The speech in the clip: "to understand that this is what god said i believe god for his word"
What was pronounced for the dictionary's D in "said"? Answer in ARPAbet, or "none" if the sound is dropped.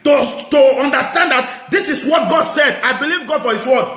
D